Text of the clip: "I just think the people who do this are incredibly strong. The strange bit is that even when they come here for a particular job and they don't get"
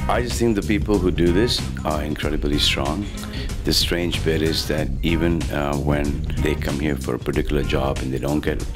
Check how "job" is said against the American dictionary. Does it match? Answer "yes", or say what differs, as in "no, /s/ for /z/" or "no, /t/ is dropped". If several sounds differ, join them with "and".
yes